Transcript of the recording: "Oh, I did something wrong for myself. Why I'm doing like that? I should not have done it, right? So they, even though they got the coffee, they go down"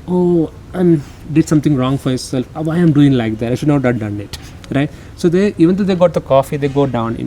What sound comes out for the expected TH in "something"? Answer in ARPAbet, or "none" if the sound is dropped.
T